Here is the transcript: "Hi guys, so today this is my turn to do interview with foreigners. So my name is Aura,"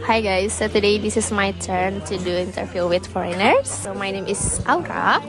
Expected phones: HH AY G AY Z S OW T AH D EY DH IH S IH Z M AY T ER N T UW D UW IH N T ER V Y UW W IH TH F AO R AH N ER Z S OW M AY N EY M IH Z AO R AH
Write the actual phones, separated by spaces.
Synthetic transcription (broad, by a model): HH AY G AY S OW T AH D EY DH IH S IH S M AY T ER N T UW D UW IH N T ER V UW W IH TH F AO R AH N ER S OW M AY N EY M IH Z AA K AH